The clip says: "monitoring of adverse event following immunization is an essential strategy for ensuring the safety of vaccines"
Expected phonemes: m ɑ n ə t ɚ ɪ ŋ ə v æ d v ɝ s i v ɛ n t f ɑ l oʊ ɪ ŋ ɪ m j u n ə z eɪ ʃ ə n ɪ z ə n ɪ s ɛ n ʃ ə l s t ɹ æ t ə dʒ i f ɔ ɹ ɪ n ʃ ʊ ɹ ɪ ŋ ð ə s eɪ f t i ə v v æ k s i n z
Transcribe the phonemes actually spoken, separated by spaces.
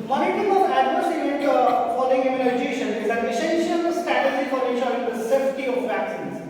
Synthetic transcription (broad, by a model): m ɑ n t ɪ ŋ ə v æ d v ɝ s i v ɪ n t f ɑ l oʊ ɪ ŋ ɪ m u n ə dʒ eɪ ʃ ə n ɪ z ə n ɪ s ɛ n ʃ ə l s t æ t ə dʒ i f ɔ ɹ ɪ ʃ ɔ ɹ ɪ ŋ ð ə s eɪ f t i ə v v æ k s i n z